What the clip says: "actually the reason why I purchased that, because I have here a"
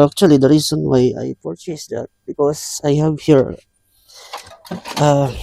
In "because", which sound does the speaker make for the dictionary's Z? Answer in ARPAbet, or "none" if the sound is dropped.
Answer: S